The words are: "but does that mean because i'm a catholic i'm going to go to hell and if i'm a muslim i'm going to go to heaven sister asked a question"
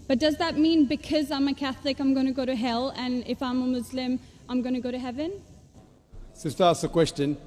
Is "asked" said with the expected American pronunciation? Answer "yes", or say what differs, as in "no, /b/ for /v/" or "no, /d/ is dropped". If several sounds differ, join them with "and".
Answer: no, /t/ is dropped